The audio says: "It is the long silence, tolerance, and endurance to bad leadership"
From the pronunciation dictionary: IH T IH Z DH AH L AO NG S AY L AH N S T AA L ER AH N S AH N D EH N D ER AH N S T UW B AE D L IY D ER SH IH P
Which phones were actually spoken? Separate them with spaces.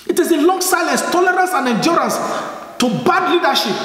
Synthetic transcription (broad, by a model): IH T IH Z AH L AO NG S AY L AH S T AA L ER AH N S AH N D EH N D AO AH N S T UW B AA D L IY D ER SH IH P